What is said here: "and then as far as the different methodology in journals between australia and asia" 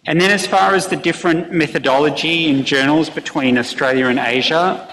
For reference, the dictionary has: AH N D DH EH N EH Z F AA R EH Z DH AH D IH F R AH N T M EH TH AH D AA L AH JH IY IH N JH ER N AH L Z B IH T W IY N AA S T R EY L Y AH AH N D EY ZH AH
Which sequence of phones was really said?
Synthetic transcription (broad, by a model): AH N DH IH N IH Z F AA R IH Z DH AH D IH F R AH N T M EH TH AH D AA L AH JH IY IH N JH ER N L Z B IH T W IY N AA S T R EY L Y AH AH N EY ZH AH